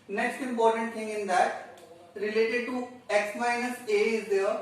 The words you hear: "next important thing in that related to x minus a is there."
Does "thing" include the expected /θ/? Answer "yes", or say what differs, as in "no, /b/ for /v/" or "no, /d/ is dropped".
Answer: no, /t/ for /θ/